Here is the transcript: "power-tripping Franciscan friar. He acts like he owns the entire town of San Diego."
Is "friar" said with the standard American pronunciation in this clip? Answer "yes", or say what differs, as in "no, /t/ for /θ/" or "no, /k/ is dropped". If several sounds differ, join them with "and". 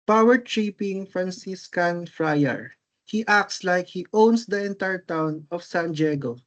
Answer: yes